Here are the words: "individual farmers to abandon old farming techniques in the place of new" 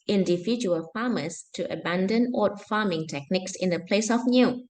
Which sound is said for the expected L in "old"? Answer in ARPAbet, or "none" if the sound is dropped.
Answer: none